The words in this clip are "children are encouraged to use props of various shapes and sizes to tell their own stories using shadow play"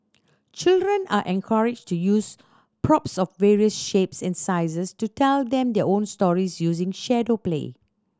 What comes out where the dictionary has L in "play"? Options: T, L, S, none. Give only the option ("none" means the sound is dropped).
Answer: L